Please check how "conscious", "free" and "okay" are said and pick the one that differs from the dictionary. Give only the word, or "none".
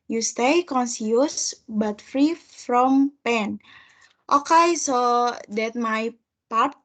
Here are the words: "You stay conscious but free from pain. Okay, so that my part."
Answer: conscious